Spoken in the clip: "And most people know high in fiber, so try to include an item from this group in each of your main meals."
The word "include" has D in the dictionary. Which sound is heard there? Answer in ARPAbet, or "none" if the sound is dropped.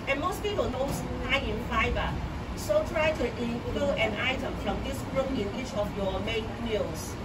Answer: none